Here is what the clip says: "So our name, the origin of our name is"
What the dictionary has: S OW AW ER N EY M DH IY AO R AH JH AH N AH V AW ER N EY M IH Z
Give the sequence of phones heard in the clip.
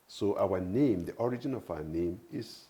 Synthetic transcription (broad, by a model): S OW AW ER N EY M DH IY AO R AH JH AH N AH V AW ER N EY M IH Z